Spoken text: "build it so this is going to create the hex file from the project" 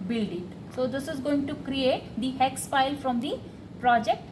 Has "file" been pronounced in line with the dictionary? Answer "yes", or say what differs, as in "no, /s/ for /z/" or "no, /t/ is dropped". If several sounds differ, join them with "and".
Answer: no, /p/ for /f/